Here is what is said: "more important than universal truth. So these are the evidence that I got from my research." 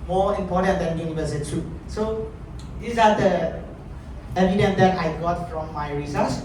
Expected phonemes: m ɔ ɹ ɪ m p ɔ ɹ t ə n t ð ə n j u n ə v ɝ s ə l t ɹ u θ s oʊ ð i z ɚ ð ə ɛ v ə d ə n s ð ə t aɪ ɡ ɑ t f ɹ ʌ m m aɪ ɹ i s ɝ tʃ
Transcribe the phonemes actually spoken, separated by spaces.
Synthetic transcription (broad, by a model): m ɔ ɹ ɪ m p ɔ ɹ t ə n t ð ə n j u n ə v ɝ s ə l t u s oʊ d i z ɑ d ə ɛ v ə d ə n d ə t aɪ ɡ ɑ t f ɹ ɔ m m aɪ ɹ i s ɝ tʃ